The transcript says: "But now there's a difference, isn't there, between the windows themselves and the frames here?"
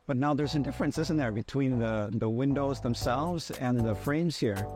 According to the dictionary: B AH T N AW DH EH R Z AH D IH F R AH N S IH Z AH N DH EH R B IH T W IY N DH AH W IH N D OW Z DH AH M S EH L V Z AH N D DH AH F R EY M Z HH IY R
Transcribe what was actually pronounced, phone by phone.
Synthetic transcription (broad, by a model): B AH T N AW DH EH R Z AH D IH F R AH N S IH Z AH N DH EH R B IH T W IY N DH AH W IH N D OW Z DH AH M S EH L V Z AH N DH AH F R EY M Z HH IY R